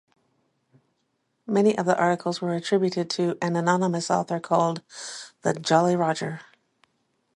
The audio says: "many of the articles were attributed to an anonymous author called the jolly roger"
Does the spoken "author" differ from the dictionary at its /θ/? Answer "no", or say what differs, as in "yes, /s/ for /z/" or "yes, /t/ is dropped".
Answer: no